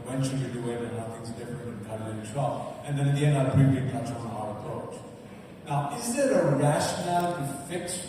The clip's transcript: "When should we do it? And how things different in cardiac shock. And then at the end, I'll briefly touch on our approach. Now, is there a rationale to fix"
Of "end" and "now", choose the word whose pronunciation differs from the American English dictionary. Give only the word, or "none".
none